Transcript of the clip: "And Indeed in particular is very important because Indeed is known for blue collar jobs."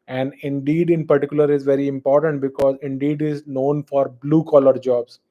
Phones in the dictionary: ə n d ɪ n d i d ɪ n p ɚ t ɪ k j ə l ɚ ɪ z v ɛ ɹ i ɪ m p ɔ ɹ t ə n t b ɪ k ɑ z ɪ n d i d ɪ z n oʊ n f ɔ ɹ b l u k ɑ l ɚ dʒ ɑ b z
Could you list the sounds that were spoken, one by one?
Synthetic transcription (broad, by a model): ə n d ɪ n d i d ɪ n p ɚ t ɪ k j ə l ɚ ɪ z v ɛ ɹ i ɪ m p ɔ ɹ t ə n t b ɪ k ɑ z ɪ n d i d ɪ z n oʊ n f ɔ ɹ b l u k ɑ l ɚ dʒ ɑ b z